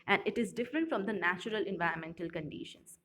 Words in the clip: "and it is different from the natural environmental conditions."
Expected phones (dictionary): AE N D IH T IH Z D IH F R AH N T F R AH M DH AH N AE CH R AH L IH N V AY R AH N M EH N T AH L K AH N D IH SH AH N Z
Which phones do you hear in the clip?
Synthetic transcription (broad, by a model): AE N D IH T IH Z D IH F R AH N T F R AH M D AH N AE CH R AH L IH N V AY R AH N M EH N T AH L K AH N D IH SH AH N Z